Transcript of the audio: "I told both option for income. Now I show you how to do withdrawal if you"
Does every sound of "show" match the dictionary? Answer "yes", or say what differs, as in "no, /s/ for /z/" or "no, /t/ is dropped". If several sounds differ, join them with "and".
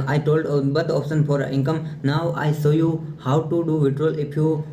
no, /s/ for /ʃ/